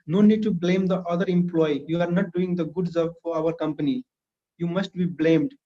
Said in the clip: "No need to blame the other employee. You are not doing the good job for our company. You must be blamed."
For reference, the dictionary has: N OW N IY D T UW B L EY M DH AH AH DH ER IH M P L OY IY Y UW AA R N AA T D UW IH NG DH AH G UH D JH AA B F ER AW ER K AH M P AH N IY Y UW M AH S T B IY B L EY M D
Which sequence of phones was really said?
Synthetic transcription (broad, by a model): N OW N IY D T UW B L EY M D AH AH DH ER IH M P L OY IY Y UW AA R N AA T D UW IH NG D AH G UH D Z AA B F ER AW ER K AH M P AH N IY Y UW M AH S T B IY B L EY M D